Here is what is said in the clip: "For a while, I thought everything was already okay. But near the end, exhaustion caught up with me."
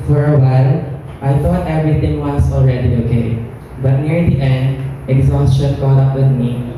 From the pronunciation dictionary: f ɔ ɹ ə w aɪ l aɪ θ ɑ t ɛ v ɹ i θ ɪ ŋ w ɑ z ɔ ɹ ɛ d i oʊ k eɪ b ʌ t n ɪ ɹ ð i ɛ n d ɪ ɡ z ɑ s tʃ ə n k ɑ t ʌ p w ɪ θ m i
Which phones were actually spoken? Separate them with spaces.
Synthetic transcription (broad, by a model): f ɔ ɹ ə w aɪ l aɪ t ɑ t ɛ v ɹ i t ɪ ŋ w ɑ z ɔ ɹ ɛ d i oʊ k eɪ b ʌ t n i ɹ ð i ɛ n d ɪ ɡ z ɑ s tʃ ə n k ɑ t ʌ p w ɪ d m i